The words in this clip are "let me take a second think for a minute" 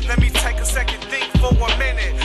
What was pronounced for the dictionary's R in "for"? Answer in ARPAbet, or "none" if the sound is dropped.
W